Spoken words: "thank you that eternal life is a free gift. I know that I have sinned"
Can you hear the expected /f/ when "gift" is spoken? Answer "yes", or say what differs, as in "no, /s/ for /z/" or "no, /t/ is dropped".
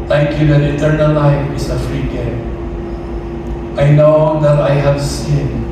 no, /f/ is dropped